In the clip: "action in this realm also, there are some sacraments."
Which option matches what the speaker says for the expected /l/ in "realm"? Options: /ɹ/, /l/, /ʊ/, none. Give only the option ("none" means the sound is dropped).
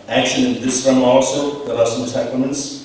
none